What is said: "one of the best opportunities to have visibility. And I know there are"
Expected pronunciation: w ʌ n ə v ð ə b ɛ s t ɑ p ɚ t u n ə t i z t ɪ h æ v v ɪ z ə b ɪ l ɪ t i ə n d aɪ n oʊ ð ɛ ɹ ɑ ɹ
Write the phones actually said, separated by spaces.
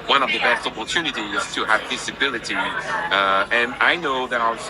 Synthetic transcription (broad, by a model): w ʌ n ə v ð ə b ɛ s t ɑ p ɚ t u n ə t i z t ɪ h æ v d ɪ s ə b ɪ l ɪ t i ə n aɪ n oʊ ð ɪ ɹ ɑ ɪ